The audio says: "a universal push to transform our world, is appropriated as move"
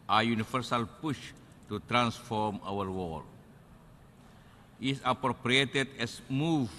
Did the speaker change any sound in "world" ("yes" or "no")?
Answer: yes